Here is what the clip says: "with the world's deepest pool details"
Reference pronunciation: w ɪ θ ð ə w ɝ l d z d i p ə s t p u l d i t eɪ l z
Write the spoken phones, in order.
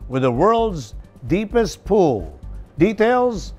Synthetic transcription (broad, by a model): w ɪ ð ə w ɝ l d z d i p ə s t p u l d i t eɪ l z